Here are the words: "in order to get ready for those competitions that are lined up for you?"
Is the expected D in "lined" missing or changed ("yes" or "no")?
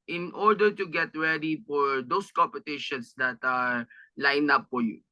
yes